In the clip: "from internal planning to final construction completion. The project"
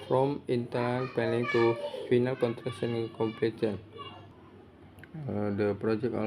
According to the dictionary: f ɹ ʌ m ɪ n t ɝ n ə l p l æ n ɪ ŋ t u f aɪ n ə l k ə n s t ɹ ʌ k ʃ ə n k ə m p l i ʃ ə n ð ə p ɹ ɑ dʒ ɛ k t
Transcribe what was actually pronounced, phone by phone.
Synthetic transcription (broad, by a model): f ɹ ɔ m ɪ n t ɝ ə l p ɛ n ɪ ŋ t u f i n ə l k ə n t ɹ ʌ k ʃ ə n k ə m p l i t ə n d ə p ɹ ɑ dʒ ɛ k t